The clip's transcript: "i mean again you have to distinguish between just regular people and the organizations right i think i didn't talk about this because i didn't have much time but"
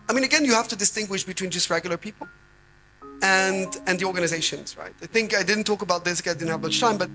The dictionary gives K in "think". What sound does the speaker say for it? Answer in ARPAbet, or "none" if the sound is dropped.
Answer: K